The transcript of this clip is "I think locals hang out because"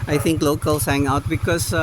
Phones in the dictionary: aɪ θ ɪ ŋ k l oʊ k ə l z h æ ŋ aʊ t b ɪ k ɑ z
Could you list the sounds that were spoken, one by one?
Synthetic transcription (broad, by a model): aɪ t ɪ ŋ k l oʊ k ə l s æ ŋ aʊ t b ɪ k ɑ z